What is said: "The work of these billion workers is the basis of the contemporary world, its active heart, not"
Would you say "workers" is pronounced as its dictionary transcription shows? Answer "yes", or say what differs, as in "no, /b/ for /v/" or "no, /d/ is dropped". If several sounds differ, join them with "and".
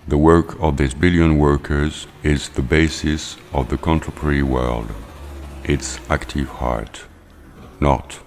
yes